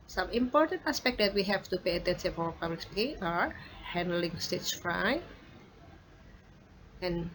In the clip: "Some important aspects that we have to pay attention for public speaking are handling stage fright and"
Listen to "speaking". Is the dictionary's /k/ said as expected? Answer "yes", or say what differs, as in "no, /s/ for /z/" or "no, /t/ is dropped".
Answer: no, /k/ is dropped